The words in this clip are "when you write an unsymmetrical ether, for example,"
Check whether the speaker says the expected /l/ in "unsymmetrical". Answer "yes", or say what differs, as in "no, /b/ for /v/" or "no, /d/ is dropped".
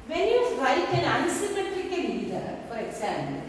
no, /n/ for /l/